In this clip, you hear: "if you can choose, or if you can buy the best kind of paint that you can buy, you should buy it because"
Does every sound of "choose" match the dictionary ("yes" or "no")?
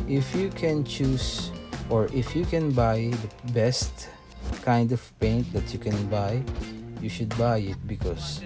no